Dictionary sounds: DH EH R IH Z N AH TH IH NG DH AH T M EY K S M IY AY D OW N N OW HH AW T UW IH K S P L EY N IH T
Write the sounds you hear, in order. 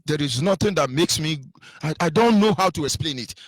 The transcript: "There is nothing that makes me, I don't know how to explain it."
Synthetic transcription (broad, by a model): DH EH R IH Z N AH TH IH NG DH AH T M EY K S M IY AY D OW N N OW HH AW T UW IH K S P L EY N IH T